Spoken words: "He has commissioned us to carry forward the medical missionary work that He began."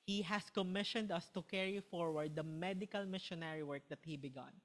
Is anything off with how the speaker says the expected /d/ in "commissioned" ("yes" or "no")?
no